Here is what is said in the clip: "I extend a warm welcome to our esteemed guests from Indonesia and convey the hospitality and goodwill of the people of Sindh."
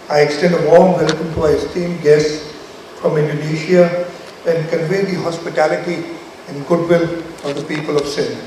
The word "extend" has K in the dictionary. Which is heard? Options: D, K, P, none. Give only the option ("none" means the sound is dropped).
K